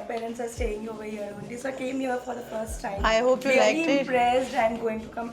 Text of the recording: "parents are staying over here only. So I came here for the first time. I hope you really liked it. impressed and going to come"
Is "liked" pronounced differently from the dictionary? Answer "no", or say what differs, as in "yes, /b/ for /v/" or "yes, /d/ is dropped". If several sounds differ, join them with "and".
yes, /t/ is dropped